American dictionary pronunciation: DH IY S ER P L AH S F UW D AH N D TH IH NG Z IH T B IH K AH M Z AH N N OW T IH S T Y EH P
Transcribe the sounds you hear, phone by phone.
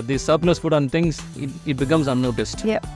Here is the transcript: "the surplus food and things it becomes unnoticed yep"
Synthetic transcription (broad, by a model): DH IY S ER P N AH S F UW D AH N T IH NG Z IH T B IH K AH M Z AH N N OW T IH S T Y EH